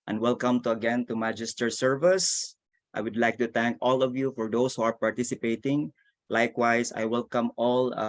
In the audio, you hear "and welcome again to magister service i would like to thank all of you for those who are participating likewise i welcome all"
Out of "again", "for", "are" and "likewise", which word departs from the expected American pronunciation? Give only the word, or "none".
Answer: likewise